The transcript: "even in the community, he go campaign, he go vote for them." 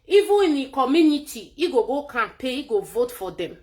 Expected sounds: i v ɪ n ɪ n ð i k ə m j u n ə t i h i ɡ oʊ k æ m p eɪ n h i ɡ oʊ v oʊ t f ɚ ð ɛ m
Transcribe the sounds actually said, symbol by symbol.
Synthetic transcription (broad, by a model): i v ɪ ɪ n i k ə m j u n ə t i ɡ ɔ ɡ oʊ k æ p eɪ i ɡ oʊ v oʊ t f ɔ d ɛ m